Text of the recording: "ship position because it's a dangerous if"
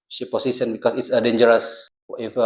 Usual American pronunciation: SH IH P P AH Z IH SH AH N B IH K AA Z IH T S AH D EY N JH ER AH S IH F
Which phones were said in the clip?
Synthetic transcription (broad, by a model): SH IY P P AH S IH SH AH N B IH K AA S IH T S AH D EY N JH ER AH S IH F